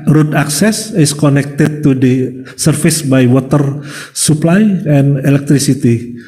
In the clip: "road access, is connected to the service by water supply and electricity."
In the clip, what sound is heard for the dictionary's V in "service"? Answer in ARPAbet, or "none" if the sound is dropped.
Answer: F